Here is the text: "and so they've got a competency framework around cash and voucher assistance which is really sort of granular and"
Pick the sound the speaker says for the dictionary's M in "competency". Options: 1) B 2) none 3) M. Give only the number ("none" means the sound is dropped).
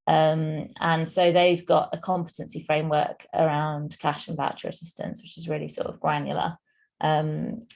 3